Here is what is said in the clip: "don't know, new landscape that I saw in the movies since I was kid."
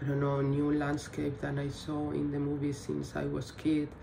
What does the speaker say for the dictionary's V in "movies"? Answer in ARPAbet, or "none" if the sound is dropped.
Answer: B